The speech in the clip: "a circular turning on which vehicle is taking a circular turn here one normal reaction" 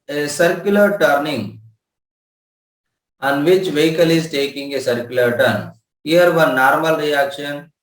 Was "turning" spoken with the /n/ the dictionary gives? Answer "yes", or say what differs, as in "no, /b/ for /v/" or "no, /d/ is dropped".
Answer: yes